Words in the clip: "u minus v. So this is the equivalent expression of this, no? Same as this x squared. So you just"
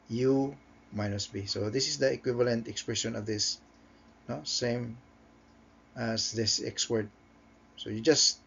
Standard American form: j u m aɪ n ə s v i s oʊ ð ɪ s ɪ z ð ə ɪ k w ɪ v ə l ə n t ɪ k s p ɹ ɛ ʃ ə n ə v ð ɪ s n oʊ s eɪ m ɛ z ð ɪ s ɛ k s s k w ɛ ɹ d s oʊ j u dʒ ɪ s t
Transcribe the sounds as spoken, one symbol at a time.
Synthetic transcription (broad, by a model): j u m aɪ n ə s b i s oʊ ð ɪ s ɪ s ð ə ɪ k w ɪ v ə l ə n t ɪ k s p ɹ ɛ ʃ ə n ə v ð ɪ s n oʊ s eɪ m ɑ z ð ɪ s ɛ k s s w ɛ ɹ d s oʊ j u dʒ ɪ s t